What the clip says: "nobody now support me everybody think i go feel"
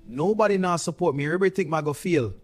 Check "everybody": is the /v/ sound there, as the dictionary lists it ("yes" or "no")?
no